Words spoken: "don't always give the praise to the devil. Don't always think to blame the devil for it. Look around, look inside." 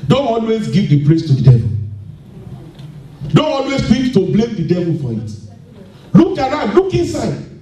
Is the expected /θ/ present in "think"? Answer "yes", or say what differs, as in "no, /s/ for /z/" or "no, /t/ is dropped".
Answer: no, /f/ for /θ/